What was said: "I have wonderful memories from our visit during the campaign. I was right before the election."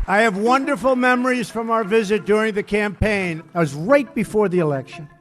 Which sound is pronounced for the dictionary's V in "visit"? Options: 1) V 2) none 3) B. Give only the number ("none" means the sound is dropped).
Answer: 1